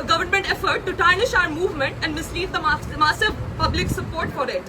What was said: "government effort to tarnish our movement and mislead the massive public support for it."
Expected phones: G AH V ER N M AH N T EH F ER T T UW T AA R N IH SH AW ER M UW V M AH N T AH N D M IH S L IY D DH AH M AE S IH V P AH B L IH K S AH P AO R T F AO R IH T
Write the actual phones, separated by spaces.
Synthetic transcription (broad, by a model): G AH V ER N M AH N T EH F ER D T UW T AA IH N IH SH AW ER M UW V M AH N T AH N D M IH S L IY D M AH M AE S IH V P AH B L IH K S AH P AO R T F AO R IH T